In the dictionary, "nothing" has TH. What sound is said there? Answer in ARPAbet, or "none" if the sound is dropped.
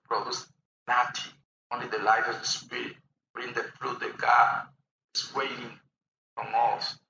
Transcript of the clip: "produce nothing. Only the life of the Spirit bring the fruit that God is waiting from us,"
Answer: T